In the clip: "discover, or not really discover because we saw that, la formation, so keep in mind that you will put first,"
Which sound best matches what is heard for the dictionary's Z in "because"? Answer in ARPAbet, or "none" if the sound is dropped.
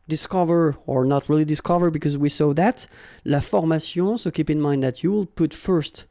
Z